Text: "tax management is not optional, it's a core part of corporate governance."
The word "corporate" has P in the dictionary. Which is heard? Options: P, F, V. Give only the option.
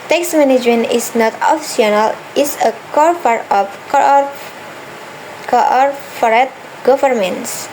F